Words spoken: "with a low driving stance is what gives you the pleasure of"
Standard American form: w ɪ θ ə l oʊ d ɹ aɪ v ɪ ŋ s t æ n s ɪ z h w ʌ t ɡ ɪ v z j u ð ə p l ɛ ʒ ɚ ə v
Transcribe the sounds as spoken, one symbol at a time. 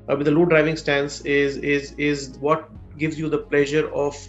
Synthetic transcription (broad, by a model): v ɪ ə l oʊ d ɹ aɪ v ɪ ŋ s t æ n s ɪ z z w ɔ t ɡ ɪ v z j u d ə p l ɛ ʒ ɚ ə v